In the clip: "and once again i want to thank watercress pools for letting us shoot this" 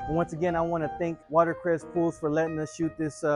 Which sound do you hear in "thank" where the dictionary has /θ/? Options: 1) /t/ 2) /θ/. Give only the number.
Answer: 2